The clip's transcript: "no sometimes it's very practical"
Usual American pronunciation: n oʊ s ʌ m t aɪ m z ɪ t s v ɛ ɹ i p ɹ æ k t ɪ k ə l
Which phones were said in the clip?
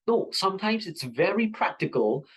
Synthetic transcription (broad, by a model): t s ʌ m t aɪ m z ɪ t s v ɛ ɹ i p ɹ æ k t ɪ k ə l